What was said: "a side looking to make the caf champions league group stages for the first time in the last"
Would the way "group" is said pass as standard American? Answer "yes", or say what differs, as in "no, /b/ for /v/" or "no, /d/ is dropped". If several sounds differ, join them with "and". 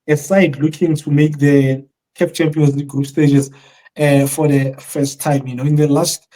yes